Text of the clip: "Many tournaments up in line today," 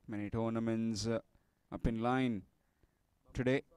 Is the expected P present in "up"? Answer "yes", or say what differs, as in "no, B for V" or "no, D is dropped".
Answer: yes